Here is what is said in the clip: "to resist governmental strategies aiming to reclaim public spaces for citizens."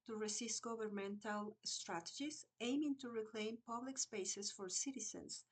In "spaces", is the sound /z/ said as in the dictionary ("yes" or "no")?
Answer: no